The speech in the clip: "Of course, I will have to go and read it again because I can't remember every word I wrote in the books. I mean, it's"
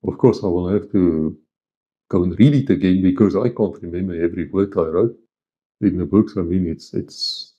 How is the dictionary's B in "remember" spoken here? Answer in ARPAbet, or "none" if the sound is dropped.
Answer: none